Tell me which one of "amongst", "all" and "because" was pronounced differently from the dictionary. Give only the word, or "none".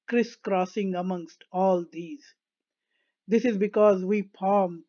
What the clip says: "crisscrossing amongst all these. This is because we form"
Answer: none